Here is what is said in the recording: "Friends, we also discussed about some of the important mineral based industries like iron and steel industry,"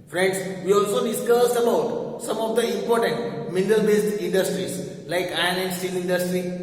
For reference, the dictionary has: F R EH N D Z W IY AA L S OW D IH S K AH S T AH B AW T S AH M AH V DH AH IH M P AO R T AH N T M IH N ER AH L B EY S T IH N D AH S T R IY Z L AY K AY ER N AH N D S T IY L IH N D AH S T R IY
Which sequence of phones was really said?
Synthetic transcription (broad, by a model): F R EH N D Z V IY AA L S OW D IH S K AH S AH B AW T S AH M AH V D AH IH M P AO R T AH N T M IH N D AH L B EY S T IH N D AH S T R IY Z L AY K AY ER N AH N D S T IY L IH N D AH S T R IY